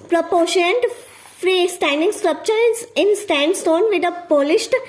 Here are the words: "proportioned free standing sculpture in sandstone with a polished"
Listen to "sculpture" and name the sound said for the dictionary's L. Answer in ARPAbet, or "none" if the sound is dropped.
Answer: none